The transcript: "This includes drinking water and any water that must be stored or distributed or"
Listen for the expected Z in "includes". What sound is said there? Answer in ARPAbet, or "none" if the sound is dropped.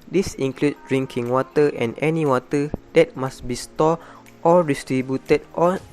none